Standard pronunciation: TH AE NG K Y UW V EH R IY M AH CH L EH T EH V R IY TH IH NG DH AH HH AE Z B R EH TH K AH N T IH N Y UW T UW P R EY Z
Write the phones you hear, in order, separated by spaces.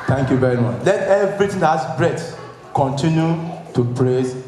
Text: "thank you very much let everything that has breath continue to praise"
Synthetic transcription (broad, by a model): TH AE NG K Y UW V EH R IY M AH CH L EH T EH V R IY T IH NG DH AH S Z B R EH T K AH N T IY N Y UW T UW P R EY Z